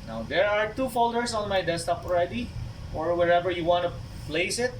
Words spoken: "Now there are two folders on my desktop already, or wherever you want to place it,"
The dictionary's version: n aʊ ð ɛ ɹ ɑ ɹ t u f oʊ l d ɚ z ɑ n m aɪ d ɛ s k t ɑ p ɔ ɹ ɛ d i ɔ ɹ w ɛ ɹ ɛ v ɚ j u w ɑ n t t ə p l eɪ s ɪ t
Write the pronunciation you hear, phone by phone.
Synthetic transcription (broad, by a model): n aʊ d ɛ ɹ ɑ ɹ t u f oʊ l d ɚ s ɑ n m aɪ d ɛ s t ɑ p ɔ ɹ ɛ d i ɔ ɹ w ɛ ɹ ɛ v ɚ j u w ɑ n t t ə p l eɪ s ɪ t